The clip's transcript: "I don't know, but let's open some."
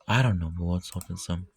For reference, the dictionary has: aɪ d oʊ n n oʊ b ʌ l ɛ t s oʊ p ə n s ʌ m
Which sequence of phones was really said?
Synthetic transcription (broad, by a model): aɪ d oʊ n n oʊ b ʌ w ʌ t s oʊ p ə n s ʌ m